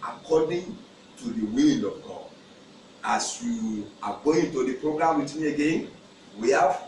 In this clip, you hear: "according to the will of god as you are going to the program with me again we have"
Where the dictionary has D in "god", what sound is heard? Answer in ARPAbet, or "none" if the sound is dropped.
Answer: none